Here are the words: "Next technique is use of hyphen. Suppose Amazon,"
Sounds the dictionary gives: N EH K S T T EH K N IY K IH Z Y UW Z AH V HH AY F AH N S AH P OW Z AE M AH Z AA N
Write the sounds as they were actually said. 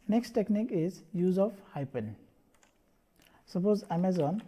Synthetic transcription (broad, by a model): N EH K S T T EH K N IY K IH Z Y UW Z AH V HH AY P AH N S AH P OW Z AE M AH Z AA N